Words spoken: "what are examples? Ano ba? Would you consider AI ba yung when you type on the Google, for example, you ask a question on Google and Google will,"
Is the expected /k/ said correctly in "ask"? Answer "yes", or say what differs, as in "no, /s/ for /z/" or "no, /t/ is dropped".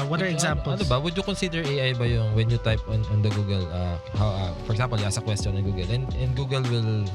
no, /k/ is dropped